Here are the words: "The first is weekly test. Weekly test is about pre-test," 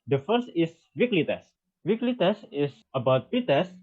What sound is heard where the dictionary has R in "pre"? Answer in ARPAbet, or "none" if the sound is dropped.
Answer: none